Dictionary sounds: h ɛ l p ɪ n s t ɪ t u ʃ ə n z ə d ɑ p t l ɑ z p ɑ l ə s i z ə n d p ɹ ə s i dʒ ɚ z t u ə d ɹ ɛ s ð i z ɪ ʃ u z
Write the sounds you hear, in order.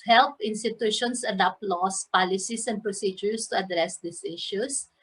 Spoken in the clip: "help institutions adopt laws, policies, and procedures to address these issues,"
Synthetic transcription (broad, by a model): h ɛ l p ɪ n s t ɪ t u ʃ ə n s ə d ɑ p l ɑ s p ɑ l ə s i s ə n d p ɹ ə s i dʒ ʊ s t u ə d ɹ ɛ s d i s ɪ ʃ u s